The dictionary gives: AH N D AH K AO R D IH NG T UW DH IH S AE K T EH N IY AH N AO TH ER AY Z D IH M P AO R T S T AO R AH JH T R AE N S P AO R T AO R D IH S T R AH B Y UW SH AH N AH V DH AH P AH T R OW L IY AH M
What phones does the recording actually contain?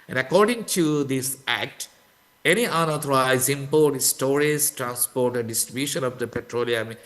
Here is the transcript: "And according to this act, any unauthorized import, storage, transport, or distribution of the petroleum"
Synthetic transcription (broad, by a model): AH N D AH K AO R D IH NG T UW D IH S AE K T EH N IY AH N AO T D AY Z IH M P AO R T S T AO R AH Z T R AE N S P AO R T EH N D IH S T R AH B Y UW SH AH N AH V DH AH P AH T R OW L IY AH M